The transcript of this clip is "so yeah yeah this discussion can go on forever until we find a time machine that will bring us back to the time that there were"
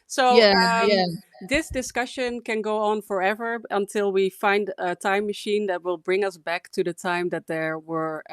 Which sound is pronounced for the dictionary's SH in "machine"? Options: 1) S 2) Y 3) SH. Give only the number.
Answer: 3